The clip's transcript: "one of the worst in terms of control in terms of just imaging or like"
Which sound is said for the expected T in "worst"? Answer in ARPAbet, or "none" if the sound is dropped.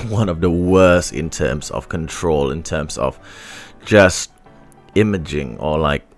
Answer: T